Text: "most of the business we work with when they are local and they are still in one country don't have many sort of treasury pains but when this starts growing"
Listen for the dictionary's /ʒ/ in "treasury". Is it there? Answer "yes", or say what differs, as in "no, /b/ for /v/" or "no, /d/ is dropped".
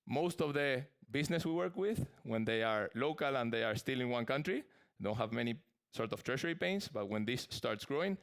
no, /ʃ/ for /ʒ/